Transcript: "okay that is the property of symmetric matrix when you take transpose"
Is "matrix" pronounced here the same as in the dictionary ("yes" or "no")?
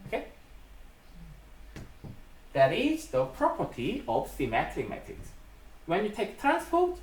no